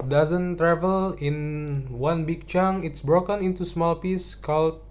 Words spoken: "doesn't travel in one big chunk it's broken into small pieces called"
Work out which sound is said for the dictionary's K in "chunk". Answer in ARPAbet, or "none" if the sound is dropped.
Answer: none